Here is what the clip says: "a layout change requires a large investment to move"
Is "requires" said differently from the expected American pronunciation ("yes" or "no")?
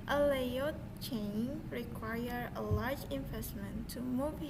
yes